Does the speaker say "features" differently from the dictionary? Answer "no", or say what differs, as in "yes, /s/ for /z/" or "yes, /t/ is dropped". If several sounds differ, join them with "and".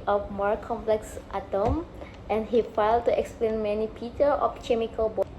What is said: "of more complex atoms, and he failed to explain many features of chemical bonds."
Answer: yes, /p/ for /f/